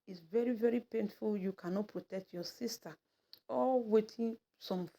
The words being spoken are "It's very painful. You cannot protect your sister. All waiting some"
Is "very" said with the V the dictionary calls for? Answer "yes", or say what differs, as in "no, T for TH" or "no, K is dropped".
yes